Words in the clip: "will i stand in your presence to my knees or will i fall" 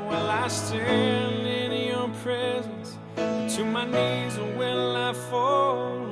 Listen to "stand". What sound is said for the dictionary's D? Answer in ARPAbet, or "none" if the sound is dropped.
none